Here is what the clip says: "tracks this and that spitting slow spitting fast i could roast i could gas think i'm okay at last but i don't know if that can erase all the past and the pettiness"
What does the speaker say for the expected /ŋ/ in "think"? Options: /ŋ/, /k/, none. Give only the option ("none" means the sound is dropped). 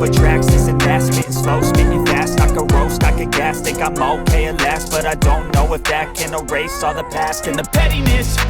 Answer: none